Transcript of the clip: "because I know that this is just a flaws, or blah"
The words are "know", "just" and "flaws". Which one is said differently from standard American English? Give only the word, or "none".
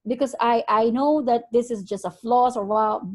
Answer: flaws